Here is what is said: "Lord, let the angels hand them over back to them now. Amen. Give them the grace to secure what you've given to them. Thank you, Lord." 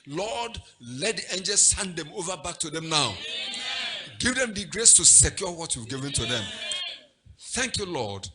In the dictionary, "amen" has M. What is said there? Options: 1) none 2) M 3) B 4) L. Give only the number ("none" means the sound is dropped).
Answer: 1